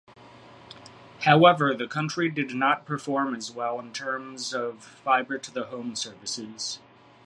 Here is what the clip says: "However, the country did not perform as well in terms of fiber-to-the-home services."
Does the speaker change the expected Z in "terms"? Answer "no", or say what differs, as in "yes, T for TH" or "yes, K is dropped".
no